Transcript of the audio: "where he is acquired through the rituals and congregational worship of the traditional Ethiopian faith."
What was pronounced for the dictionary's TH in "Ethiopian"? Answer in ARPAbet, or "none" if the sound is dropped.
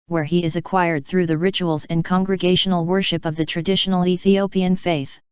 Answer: TH